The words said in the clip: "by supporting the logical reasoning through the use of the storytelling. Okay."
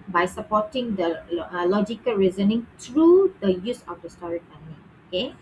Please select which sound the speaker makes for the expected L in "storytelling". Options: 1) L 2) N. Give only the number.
2